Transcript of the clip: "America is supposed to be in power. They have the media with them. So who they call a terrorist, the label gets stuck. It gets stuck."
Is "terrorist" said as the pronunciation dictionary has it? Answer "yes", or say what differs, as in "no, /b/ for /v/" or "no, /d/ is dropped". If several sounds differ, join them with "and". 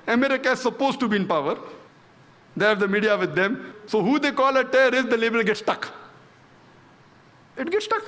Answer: no, /ɹ/ is dropped